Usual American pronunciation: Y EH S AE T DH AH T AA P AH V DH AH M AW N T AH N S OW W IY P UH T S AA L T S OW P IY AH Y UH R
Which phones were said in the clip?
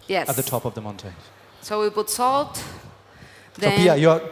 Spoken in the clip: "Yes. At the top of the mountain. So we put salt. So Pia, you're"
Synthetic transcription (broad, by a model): Y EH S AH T DH AH T AA P AH V DH AH M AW N T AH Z S OW W IY B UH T S AA L T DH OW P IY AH Y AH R